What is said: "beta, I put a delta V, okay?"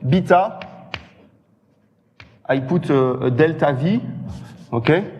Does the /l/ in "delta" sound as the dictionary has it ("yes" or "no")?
yes